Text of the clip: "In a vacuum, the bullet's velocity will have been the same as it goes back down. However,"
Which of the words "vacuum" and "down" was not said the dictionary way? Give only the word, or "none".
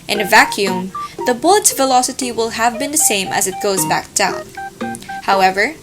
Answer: none